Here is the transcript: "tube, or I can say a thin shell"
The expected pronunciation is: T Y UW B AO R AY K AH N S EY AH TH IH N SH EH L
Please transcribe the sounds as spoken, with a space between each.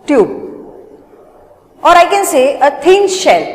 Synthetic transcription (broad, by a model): T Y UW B AO R AY K AH N S EY AH T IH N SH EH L